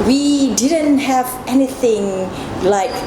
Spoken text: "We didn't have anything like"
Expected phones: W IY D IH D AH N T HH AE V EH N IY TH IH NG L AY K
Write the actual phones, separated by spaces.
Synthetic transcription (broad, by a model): W IY D IH D AH N T HH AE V EH N IY TH IH NG L AY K